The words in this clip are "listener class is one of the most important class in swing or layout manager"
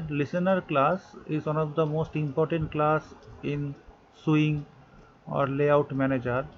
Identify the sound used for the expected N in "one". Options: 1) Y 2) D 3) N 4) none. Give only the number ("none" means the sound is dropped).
3